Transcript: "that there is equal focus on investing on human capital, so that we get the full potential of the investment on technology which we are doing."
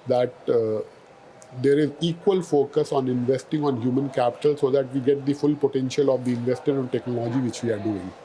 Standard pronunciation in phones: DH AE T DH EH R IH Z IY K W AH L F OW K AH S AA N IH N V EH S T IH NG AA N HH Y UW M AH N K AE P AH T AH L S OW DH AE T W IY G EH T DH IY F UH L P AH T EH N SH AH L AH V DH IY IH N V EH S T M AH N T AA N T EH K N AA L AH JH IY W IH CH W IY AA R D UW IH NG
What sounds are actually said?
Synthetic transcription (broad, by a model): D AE T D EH R IH Z IY K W AH L F OW K AH S AA N IH N V EH S T IH NG AA N HH Y UW M AH N K AE P AH T AH L S OW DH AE T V IY G EH T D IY F UH L P AH T EH N SH AH L AH V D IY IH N V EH S T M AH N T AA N T EH K N AA L AH JH IY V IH CH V IY AA R D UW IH NG